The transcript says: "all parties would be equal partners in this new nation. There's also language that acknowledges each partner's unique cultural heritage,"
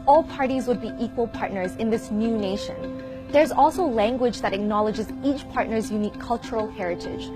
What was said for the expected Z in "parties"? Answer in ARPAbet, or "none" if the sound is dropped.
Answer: Z